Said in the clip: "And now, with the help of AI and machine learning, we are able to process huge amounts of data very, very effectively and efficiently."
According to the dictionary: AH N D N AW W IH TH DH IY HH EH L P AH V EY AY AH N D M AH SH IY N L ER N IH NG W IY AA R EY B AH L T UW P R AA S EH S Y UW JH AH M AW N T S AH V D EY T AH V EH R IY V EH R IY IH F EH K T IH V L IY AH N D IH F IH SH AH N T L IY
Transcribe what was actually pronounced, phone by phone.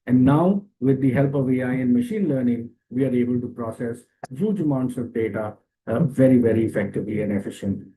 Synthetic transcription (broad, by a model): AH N D N AW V IH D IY HH EH L P AH V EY AY AH N D M AH SH IY N L ER N IH NG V IY AA R EY B AH L T UW P R AA S EH S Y UW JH AH M AW N T S AH V D EY T AH V EH R IY V EH R IY IH F EH K T IH V L IY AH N D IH F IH SH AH N T